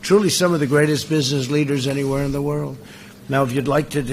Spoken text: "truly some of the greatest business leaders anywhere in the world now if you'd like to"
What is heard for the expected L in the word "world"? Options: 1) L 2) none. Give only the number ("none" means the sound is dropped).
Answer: 1